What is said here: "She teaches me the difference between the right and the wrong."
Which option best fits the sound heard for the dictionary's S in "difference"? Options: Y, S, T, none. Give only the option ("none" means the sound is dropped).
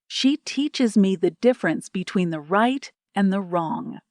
S